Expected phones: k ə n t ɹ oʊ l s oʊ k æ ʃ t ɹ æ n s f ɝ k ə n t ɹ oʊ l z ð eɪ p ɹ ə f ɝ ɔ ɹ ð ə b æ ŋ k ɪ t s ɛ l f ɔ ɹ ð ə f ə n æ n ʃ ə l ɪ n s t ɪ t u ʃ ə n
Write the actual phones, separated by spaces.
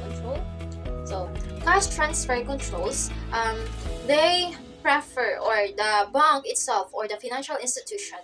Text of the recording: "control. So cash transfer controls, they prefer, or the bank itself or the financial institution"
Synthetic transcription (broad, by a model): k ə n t ɹ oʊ l s oʊ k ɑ s t ɹ æ n s f ɝ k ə n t ɹ oʊ l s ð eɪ p ɹ ə f ɝ ɔ ɹ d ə b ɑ ŋ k ɪ t s ɛ l f ɔ ɹ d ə f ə n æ n ʃ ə l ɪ n s t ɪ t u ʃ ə n